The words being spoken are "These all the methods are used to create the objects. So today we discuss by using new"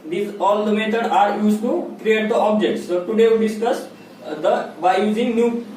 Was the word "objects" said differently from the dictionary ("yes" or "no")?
no